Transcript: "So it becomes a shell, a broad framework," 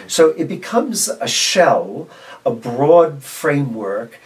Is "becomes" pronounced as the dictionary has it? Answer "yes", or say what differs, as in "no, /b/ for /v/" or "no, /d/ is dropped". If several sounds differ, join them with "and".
yes